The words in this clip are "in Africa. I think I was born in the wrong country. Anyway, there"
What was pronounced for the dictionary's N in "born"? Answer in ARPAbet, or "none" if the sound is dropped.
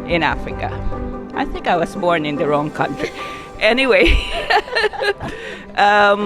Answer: N